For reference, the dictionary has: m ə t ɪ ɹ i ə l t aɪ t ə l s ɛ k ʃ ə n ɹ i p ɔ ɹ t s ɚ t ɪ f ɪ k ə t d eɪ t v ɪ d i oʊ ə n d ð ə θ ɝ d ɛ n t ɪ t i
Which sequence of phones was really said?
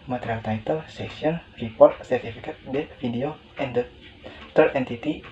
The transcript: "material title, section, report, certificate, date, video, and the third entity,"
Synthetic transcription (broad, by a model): m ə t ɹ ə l t aɪ t ə l s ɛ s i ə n ɹ i p ɔ ɹ t s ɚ t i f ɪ k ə t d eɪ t f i d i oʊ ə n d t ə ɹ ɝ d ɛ n t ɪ t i